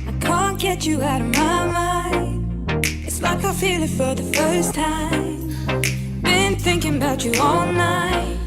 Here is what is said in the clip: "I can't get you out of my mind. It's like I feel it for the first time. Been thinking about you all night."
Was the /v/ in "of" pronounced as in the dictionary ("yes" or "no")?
yes